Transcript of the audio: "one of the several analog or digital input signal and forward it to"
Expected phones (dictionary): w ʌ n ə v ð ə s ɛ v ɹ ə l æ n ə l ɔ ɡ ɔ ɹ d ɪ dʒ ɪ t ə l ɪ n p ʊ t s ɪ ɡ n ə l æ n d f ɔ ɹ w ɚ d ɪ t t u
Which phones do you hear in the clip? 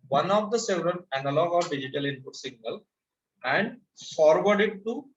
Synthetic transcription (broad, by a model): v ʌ n ə v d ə s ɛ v ɹ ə n æ n ə l ɔ ɡ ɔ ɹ d ɪ dʒ ɪ t ə l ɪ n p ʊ t s ɪ ɡ n ə l æ n d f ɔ ɹ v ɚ d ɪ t t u